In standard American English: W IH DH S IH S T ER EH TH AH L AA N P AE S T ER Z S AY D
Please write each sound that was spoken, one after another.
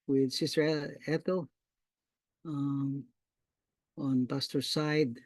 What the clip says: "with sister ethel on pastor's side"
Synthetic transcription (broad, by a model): W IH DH S IH S T ER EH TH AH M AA N B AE S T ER S AY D